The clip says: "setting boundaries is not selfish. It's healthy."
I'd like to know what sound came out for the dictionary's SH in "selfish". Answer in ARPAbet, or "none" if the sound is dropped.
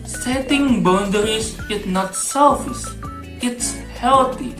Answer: S